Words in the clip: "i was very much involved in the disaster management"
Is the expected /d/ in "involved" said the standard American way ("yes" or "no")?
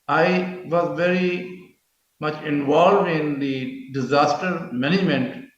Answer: yes